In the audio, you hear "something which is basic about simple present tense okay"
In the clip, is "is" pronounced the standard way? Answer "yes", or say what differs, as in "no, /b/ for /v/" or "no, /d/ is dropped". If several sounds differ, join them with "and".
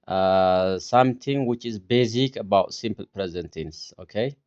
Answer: yes